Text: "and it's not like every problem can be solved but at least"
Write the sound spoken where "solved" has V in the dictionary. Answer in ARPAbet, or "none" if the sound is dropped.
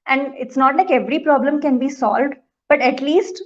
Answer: V